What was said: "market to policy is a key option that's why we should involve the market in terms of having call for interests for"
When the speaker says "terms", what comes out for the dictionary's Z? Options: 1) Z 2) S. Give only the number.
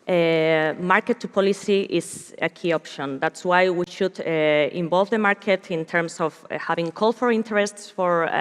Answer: 2